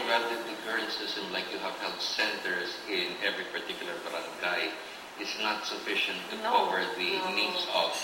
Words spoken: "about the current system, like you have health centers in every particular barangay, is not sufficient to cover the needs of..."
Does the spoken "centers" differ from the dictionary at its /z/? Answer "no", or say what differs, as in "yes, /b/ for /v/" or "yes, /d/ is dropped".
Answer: yes, /s/ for /z/